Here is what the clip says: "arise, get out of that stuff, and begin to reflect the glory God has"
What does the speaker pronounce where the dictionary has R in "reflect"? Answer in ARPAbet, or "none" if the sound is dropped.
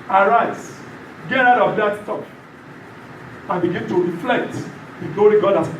R